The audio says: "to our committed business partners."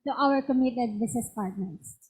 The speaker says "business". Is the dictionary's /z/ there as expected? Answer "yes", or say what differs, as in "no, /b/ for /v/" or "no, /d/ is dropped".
no, /s/ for /z/